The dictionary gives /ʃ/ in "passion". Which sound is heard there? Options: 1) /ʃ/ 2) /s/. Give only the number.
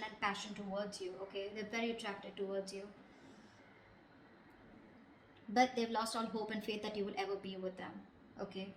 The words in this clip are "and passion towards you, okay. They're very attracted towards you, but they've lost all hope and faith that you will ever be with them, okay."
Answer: 1